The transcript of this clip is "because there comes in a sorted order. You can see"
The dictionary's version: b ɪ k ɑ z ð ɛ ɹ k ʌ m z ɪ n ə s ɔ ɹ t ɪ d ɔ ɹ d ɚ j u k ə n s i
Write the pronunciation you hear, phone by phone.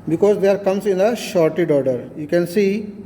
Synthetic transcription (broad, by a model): b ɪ k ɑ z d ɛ ɹ k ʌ m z ɪ n ə ʃ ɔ ɹ t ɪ d ɔ ɹ d ɚ j u k ə n s i